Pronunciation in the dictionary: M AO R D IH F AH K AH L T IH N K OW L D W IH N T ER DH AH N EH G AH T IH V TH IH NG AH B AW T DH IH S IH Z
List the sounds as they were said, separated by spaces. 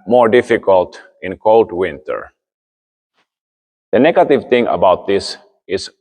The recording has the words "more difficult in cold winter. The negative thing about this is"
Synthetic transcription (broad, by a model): M AO R D IH F AH K AH L T IH N K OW L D W IH N T ER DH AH N EH G AH T IH V T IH NG AH B AW T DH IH S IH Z